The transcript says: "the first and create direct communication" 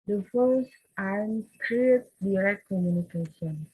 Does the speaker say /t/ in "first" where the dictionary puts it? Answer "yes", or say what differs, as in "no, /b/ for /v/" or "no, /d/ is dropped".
no, /t/ is dropped